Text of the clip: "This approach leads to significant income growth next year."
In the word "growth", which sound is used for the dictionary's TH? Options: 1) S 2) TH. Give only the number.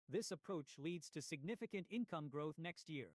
2